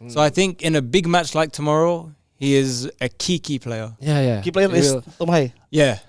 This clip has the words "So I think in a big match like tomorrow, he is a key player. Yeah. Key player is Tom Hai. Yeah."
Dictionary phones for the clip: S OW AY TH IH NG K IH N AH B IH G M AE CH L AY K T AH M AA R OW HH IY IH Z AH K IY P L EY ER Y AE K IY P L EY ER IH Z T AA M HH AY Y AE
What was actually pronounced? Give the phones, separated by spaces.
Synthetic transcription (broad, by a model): S OW AY TH IH NG K IH N AH B IH G M AE CH L AY K T AH M AA R OW HH IY IH Z AH K IY P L EY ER Y AE K IY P L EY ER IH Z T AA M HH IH Y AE